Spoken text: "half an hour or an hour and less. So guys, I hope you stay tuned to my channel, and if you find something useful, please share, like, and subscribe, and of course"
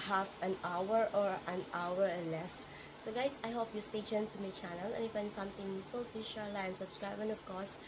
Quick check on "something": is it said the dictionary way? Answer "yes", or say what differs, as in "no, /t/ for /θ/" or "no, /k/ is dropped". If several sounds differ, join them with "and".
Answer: no, /t/ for /θ/